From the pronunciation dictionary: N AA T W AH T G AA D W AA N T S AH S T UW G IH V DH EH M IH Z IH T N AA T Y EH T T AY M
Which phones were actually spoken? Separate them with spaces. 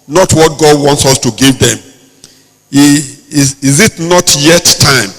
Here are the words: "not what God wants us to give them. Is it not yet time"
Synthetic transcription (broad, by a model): N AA T W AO T G AA D W AA N T S AH S T UW G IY V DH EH M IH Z IH T N AA T Y EH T T AY M